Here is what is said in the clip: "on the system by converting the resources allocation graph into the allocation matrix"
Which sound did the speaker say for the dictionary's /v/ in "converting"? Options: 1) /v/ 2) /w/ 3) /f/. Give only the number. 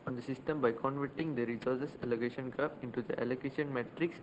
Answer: 1